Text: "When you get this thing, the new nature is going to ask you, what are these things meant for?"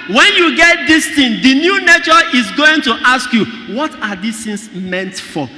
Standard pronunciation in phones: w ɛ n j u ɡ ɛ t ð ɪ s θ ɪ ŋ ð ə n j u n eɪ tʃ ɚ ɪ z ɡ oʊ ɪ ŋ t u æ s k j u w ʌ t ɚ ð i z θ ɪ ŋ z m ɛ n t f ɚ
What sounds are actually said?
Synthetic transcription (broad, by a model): w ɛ n j u ɡ ɛ t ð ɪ s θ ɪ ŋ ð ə n j u n eɪ tʃ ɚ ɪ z ɡ oʊ ɪ ŋ t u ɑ s k j u w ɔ t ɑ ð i s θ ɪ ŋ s m ɛ n t f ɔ